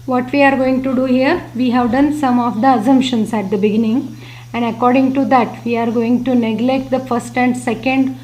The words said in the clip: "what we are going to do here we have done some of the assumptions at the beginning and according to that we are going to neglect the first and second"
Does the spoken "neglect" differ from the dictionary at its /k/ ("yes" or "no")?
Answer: no